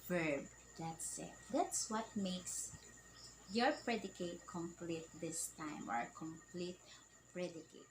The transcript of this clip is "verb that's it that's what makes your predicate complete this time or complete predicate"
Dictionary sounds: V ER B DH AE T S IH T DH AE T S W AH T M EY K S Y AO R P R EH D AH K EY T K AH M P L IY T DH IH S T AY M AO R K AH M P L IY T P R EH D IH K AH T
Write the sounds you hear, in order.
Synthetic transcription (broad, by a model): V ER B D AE T S IH T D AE T S W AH T M EY K S Y AO R P R EH D AH K EY T K AH M P L IY T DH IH S T AY M AO R K AH M P L IY T P R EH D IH K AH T